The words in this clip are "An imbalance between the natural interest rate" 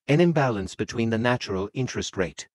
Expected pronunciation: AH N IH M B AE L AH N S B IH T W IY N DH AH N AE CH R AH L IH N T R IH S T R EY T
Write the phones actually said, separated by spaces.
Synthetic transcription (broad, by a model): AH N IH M B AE L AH N S B IH T W IY N DH AH N AE CH R AH L IH N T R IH S T R EY T